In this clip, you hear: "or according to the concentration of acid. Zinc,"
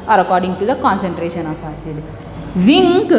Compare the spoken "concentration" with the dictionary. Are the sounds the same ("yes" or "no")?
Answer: yes